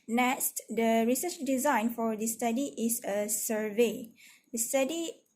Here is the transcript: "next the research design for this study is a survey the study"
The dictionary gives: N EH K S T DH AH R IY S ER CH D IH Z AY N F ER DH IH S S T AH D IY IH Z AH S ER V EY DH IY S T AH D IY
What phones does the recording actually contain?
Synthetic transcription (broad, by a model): N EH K S T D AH R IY S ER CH D IH Z AY N F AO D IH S S T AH D IY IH S AH S ER V EY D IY S T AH D IY